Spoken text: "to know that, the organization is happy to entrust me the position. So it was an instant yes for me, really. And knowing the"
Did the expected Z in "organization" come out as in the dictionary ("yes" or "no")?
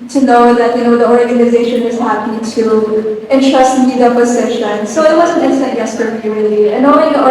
yes